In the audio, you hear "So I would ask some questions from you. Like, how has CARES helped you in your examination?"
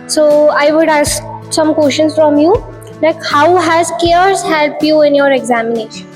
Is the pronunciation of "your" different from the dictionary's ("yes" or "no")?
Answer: no